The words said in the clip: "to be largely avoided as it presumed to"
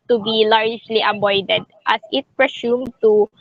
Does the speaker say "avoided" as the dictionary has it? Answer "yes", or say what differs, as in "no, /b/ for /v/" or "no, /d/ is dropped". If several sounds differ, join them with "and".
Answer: no, /b/ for /v/